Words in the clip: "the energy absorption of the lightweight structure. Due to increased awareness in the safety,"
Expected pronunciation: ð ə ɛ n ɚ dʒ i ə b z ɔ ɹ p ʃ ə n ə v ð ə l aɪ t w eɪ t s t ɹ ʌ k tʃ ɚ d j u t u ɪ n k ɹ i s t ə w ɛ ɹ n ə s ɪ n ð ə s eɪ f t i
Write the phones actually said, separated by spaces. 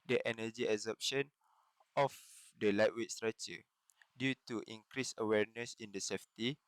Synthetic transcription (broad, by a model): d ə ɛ n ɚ dʒ i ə z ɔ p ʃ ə n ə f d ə l aɪ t w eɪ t s t ɹ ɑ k tʃ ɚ d j u t u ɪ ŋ k ɹ i s ə w ɛ ɹ n ə s ɪ n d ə s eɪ f t i